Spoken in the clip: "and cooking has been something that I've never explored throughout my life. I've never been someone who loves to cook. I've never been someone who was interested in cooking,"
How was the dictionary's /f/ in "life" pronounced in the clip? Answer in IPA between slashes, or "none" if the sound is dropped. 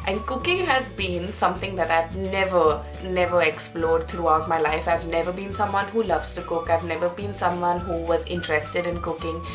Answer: /f/